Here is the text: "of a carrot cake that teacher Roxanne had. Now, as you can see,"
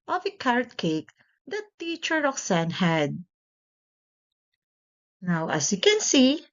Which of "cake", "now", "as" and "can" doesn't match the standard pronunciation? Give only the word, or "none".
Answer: as